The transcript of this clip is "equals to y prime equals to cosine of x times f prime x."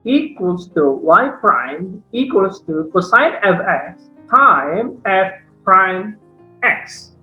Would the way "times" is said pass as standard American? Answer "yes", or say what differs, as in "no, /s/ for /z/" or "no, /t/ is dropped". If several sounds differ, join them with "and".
no, /z/ is dropped